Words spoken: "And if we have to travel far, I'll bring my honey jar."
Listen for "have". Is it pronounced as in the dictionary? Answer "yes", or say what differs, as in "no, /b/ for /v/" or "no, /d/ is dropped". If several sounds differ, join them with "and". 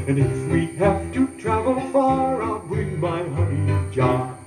no, /f/ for /v/